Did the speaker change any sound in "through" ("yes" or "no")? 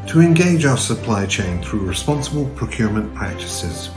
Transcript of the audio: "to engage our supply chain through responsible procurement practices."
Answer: no